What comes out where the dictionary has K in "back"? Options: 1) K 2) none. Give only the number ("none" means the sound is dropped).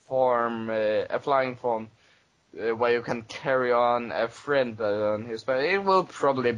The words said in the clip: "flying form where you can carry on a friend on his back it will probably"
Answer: 2